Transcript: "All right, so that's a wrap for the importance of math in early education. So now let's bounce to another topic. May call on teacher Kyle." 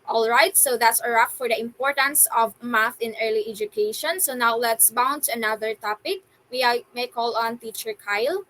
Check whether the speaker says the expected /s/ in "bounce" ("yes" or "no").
no